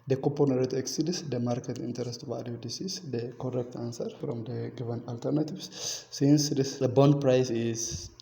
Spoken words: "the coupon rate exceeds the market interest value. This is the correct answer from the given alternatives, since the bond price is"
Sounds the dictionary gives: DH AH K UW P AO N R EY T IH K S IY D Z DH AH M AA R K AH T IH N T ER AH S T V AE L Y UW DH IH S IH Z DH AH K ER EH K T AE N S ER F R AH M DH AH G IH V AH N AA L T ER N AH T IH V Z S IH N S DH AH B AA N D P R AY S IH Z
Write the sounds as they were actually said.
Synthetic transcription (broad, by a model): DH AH K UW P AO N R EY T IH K S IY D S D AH M AA R K AH T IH N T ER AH S T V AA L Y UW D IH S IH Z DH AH K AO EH K T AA N S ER F R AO M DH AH G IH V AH N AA L T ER N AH T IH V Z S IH N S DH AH B AA N D P R AY S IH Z